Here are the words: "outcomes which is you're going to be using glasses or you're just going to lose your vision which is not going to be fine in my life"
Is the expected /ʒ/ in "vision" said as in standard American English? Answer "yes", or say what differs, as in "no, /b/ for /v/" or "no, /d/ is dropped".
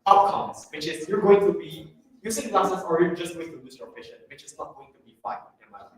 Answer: no, /ʃ/ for /ʒ/